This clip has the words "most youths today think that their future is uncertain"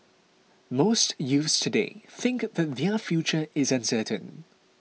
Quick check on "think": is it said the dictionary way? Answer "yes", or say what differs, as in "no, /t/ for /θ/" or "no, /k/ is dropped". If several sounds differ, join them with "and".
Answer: yes